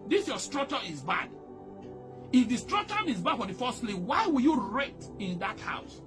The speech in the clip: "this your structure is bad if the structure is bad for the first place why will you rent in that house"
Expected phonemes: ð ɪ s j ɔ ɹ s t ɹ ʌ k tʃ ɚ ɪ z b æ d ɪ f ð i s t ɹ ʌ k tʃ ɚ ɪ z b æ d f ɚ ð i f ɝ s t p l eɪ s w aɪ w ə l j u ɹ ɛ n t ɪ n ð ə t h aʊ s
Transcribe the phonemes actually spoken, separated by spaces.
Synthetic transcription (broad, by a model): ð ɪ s j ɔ s t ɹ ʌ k tʃ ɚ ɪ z b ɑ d ɪ f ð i s t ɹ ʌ k tʃ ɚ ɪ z b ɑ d f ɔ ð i f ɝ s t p l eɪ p w aɪ w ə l j u ɹ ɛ t ɪ n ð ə t h aʊ s